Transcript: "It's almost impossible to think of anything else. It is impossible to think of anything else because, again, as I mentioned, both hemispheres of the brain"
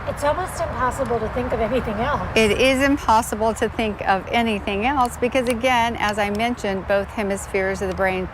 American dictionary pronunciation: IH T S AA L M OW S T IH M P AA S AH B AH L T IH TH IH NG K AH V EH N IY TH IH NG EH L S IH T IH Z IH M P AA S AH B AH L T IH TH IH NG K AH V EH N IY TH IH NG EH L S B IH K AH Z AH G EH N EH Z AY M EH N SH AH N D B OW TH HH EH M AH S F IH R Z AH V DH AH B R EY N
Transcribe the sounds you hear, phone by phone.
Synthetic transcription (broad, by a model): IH T S AA L M OW S T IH M P AA S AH B L T IH TH IH NG K AH V EH N IY TH IH NG EH L S IH T IH Z IH M P AA S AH B L T IH TH IH NG K AH V EH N IY TH IH NG EH L S B IH K AH Z AH G EH N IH Z AY M EH N SH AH N B OW TH HH EH M AH S F IH R Z AH V DH AH B R EY N